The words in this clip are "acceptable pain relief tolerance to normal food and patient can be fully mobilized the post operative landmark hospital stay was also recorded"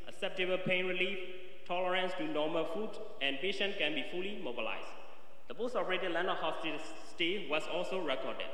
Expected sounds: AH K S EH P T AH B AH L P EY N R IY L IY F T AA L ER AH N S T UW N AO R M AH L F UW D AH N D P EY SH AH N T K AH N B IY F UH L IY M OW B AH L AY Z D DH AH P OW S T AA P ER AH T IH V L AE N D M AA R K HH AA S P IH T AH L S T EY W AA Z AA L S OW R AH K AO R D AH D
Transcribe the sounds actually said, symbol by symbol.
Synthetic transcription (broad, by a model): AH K S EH P T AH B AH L P EY N R IY L IY F T AA L ER AH N S T UW N AO M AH L F UW D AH N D P EY SH AH N T K AH N B IY F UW L IY M OW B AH L AY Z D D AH P OW S T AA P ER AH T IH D L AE N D AA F HH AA S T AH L S T EY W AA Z AA L S OW R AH K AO D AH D